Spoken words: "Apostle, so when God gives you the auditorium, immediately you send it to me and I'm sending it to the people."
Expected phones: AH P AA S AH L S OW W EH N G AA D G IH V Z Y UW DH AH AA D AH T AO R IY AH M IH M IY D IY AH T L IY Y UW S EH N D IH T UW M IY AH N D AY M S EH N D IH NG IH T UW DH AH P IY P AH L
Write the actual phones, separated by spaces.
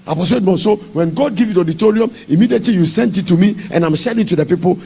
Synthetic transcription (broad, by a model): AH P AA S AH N S OW W EH N G AA D G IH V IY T AA D AH T AO R IY AH M IH M IY D IY AH T L IY Y UW S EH N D IH T UW M IY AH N AY M SH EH D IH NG T UW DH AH P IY P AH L